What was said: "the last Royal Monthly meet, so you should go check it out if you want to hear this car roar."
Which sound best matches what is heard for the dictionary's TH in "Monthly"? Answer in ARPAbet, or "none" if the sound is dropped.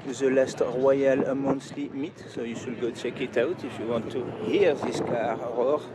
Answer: S